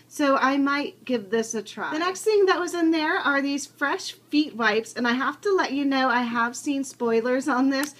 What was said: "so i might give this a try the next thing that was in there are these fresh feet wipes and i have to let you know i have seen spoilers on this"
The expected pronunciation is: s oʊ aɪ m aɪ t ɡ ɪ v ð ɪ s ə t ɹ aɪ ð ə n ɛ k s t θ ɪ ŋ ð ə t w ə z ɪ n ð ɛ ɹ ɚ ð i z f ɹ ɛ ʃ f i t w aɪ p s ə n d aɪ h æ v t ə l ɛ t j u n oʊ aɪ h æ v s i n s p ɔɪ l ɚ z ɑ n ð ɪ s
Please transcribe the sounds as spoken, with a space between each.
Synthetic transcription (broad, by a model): s oʊ aɪ m aɪ t ɡ ɪ v ð ɪ s ə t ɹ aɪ ð ə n ɛ k s t θ ɪ ŋ ð ə t w ə z ɪ n ð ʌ ɹ ɚ ð i z f ɹ ɛ ʃ f i t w aɪ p s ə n aɪ h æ f t ə l ɛ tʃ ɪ n oʊ aɪ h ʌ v s i n s p ɔɪ l ɚ z n ð ɪ s